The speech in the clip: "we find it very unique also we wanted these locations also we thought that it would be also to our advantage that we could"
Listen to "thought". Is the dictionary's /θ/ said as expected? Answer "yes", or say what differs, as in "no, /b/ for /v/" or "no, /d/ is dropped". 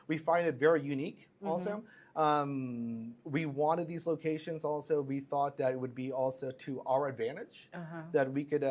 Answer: yes